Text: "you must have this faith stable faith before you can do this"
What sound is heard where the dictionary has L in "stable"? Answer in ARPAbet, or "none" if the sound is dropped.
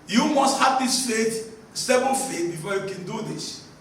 N